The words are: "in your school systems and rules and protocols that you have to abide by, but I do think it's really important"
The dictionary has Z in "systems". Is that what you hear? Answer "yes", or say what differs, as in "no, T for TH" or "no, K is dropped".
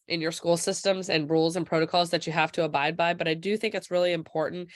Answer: yes